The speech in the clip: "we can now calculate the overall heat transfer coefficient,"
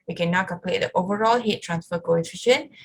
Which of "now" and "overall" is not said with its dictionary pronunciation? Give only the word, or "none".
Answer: none